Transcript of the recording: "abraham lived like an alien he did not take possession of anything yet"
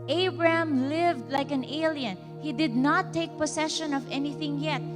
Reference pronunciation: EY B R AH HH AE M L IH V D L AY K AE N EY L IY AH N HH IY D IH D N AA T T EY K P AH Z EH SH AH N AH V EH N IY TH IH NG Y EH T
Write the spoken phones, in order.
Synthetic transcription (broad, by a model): EY B R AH HH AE M L IH V D L AY K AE N EY L IY AH N HH IY D IH D N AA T T EY K P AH S EH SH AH N AH V EH N IY TH IH NG Y EH T